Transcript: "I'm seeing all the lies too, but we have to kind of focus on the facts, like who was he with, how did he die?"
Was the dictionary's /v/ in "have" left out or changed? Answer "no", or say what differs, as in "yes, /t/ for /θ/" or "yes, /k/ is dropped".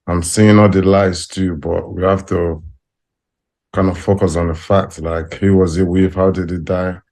yes, /f/ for /v/